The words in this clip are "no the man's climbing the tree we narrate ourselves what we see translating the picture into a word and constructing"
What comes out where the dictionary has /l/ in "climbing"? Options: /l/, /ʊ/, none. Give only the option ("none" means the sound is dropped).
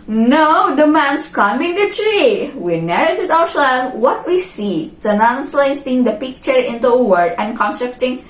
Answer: none